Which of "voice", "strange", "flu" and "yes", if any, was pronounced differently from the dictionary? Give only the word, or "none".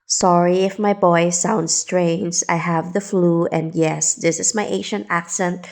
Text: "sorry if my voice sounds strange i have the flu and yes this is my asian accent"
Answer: voice